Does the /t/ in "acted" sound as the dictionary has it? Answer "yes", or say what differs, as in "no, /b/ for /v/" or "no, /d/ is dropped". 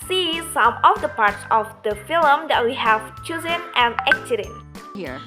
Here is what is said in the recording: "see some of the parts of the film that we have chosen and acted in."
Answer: no, /s/ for /t/